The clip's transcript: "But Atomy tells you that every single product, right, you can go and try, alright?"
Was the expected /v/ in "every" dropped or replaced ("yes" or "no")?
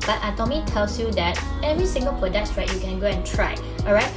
no